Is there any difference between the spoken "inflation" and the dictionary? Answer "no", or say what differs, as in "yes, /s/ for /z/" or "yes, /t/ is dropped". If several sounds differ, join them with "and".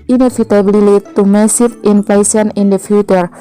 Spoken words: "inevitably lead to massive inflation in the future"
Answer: yes, /s/ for /ʃ/